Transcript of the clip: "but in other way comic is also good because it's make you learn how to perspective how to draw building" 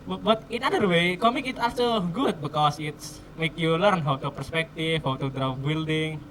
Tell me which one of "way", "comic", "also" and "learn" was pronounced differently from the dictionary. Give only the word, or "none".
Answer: also